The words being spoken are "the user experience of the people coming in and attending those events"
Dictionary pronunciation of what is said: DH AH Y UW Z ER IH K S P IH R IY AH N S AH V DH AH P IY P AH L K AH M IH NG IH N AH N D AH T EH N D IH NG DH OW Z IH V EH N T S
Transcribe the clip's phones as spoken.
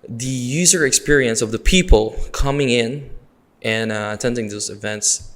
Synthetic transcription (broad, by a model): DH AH Y UW Z ER IH K S P IH R IY AH N S AH V DH AH P IY P AH L K AH M IH NG IH N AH N AH T EH N D IH NG DH OW Z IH V EH N T S